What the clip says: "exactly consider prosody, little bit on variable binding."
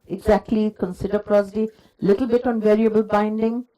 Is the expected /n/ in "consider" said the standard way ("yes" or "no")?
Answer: yes